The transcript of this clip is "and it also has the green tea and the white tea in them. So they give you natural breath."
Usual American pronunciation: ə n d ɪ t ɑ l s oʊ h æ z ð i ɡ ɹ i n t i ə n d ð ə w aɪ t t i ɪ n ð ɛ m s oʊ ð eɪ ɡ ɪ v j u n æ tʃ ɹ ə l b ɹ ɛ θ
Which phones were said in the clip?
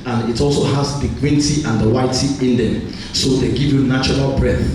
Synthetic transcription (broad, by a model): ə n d ɪ t ɑ l s oʊ h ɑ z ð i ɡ w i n t i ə n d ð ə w aɪ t t i ɪ n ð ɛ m s oʊ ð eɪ ɡ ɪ v j u n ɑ tʃ ɹ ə l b ɹ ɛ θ